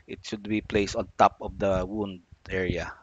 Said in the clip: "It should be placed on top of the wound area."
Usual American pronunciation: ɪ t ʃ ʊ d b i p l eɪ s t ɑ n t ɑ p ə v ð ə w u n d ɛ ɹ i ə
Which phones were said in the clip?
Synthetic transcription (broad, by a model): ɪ t ʃ ʊ d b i p l eɪ s t ɑ n t ɑ p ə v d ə w u n d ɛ ɹ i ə